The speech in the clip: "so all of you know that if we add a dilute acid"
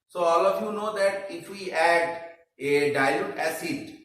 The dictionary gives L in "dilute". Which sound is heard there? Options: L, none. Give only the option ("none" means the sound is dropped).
none